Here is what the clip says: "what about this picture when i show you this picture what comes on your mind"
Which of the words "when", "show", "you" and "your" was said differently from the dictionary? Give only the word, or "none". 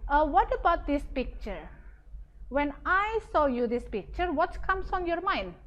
show